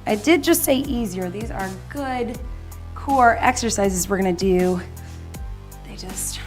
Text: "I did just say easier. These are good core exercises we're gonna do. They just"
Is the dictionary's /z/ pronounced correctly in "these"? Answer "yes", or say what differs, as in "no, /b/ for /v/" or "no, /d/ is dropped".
yes